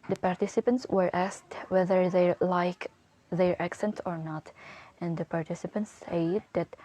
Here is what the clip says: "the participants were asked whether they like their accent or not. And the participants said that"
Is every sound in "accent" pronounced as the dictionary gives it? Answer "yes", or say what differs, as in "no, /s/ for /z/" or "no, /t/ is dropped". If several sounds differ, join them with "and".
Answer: yes